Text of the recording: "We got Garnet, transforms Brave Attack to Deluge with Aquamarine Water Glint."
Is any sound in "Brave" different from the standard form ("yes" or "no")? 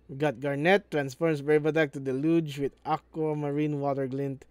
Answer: yes